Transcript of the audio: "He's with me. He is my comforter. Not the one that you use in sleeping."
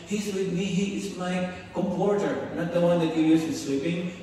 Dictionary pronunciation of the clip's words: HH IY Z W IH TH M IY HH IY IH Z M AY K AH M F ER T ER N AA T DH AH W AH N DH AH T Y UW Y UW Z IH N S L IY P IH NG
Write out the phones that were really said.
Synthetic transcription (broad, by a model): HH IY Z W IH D M IY HH IY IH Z M AY K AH M P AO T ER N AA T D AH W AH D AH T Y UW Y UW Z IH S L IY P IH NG